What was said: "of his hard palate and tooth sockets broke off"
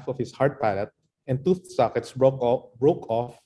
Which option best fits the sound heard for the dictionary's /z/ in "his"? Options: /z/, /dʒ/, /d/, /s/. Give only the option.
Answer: /s/